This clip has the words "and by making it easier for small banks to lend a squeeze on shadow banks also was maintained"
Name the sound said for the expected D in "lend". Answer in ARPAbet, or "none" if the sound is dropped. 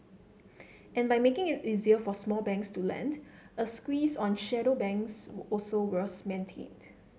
D